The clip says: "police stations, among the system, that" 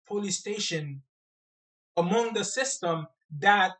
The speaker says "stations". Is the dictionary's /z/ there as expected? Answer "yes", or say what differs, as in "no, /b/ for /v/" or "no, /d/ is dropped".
no, /z/ is dropped